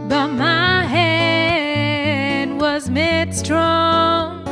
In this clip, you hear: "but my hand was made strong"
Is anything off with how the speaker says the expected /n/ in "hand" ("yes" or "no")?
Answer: yes